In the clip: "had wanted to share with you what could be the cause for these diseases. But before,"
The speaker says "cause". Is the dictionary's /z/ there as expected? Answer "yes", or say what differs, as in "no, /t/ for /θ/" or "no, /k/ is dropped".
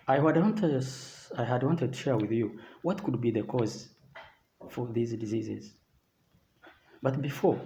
yes